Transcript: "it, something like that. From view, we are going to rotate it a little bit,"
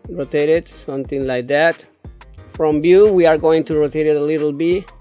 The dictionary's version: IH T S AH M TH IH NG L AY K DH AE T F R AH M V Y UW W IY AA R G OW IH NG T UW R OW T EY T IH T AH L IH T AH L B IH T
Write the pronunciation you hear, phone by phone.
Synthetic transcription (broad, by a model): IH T S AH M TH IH NG L AY K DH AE T F R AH M B Y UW W IY AA R G OW IH NG T UW R OW T EY T IH T AH L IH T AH L B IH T